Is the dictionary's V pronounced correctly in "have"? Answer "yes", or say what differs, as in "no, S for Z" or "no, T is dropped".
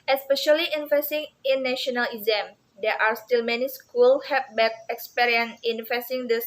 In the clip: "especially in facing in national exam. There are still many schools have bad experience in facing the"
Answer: no, P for V